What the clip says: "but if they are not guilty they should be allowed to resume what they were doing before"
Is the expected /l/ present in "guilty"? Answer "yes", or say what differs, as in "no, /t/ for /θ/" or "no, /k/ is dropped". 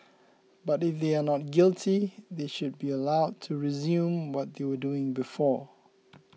yes